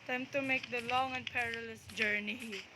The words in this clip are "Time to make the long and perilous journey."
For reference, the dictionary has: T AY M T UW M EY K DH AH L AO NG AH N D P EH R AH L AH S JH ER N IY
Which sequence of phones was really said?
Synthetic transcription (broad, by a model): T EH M T UW M EY K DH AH L AO NG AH N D P EH R AH L AH S JH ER N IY